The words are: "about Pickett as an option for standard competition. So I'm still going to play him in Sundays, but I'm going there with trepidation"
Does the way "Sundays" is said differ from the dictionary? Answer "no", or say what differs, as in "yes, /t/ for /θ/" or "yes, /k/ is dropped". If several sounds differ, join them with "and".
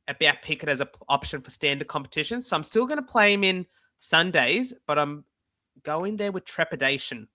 no